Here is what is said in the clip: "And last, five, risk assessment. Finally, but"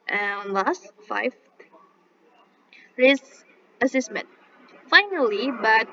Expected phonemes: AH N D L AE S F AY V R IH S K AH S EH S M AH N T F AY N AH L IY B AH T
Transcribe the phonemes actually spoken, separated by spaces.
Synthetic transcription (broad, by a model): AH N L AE S F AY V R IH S AH S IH S M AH N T F AY N AH L IY B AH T